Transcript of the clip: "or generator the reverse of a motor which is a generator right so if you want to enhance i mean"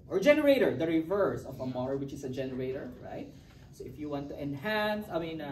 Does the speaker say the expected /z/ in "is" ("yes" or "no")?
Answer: no